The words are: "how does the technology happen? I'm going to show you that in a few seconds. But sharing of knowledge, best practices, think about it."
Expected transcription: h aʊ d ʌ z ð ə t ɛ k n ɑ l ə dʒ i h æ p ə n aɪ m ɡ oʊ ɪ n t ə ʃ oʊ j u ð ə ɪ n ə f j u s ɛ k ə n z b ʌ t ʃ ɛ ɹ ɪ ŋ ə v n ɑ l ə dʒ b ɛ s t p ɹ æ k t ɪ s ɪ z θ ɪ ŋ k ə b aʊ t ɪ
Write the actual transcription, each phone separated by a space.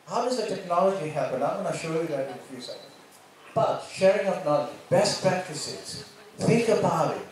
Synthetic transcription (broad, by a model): h aʊ d ʌ z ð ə t ɛ k n ɑ l ə dʒ i h æ p ə n aɪ m ɡ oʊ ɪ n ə ʃ oʊ j u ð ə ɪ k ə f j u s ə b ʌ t ʃ ɛ ɹ ɪ ŋ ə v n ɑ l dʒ b ɛ s t p ɹ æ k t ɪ s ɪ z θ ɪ k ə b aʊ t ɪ